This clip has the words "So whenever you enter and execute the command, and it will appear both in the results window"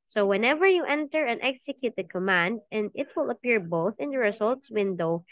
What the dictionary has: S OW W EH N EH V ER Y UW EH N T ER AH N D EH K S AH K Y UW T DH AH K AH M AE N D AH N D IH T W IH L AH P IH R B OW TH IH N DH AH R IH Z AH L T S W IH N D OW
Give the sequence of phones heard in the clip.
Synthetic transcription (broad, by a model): S OW W EH N EH V ER Y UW EH N T ER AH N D EH K S AH K Y UW T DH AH K AH M AE N D AH N D IH T W IH L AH P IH R B OW TH IH N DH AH R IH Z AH L T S W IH N D OW